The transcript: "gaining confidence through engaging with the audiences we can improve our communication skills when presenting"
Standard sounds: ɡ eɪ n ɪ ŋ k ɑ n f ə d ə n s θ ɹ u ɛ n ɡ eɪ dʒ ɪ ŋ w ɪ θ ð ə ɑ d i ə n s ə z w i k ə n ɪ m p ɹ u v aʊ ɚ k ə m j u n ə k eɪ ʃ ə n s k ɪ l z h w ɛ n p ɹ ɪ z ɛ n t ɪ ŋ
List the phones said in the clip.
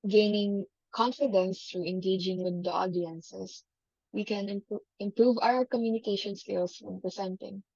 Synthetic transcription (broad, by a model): ɡ eɪ n ɪ ŋ k ɑ n f ə d ə n s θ ɹ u ɛ n ɡ eɪ dʒ ɪ ŋ w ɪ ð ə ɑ d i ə n s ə s w i k ə n ɪ m p ɹ u v aʊ ɚ k ə m j u n ə k eɪ ʃ ə n s k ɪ l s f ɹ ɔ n p ɹ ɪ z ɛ n t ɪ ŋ